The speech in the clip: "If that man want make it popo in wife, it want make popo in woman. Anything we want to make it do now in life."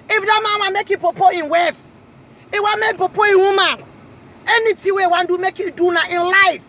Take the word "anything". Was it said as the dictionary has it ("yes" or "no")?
no